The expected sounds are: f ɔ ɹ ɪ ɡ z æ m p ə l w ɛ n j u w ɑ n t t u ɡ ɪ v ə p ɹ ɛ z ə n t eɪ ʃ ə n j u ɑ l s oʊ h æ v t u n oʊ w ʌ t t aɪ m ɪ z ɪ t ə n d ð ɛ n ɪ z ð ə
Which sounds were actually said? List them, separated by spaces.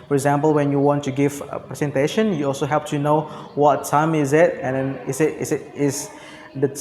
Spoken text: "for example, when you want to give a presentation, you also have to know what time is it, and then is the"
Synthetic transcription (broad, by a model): f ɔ ɹ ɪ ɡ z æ m p ə l w ɛ n j u w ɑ n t t u ɡ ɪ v ə p ɹ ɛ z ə n t eɪ ʃ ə n j u ɑ l s oʊ h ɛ p t u n oʊ w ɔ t t aɪ m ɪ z ɪ t ə n d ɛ n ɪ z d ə